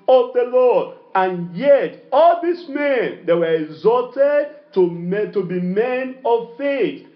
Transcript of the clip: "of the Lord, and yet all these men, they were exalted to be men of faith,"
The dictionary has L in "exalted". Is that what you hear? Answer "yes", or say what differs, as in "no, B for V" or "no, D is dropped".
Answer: no, L is dropped